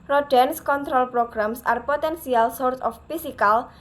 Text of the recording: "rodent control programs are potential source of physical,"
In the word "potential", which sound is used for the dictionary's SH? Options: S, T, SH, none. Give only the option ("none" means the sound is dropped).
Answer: S